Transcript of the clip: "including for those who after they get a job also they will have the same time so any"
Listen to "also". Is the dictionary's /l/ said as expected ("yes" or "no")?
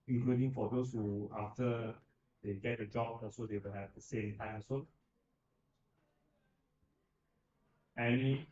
no